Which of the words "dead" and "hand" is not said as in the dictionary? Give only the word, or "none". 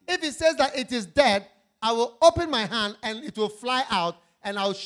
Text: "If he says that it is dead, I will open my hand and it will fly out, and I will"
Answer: none